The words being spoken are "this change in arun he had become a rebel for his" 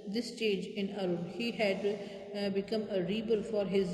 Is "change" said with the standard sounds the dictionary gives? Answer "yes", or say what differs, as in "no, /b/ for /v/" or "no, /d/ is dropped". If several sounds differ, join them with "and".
no, /n/ is dropped